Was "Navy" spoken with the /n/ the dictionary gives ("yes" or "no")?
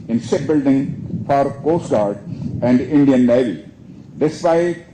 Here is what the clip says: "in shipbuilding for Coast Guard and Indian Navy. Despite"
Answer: no